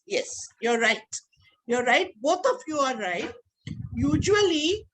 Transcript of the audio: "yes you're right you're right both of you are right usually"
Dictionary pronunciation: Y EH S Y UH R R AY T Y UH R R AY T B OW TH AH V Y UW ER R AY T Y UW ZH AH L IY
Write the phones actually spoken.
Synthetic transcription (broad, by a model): Y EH S Y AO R R AY T Y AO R R AY T B OW T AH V Y UW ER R AY T Y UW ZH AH L IY